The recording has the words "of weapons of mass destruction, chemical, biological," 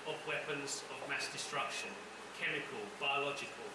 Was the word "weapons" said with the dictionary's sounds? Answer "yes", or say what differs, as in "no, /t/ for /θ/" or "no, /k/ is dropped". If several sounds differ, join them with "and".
yes